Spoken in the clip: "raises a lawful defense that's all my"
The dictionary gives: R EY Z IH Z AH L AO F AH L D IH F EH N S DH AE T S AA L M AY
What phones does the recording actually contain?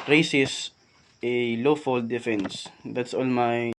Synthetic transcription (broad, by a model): R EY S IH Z AH L AO F AH L D IH F EH N S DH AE T S AA L M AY